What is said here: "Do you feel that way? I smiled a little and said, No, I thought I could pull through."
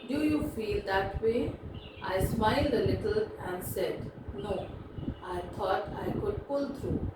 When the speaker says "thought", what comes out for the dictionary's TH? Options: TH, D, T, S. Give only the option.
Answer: T